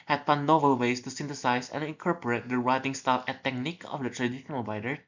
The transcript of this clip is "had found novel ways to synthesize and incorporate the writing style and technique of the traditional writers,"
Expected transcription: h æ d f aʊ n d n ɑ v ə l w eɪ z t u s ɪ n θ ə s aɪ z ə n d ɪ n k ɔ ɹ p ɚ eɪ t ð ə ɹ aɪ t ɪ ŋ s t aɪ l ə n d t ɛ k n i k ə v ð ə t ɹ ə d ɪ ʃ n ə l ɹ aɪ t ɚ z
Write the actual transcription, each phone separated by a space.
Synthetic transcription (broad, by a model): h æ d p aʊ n n ɑ v ə l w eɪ s t u s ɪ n t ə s aɪ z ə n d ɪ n k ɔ ɹ p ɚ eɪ t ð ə ɹ aɪ t ɪ ŋ s t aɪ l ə t ɛ k n i k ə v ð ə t ɹ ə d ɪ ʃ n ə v aɪ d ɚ